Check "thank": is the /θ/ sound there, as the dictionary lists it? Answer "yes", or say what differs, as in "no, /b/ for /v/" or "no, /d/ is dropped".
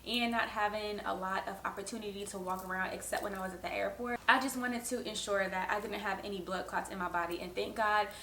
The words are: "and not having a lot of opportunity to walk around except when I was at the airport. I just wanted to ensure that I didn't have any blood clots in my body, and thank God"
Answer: yes